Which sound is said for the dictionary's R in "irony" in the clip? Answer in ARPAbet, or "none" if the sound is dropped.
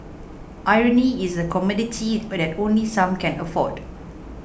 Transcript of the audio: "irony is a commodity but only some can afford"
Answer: R